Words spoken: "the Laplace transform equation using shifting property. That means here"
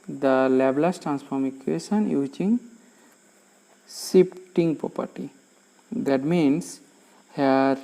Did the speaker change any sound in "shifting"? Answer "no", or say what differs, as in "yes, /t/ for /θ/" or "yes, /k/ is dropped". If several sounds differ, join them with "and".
yes, /s/ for /ʃ/ and /p/ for /f/